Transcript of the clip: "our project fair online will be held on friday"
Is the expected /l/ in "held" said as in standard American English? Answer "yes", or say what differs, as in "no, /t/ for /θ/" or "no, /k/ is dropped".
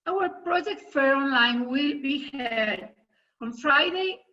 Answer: no, /l/ is dropped